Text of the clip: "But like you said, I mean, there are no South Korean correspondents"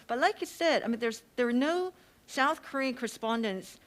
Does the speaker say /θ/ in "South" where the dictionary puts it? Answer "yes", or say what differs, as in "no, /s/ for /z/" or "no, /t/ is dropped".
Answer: yes